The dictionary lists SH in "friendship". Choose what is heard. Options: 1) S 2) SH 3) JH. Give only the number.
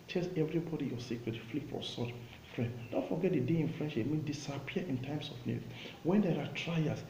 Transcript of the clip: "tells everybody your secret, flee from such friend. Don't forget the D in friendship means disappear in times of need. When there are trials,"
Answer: 2